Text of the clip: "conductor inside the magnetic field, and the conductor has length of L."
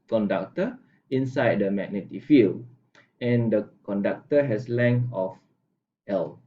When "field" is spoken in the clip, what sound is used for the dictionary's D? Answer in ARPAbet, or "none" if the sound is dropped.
none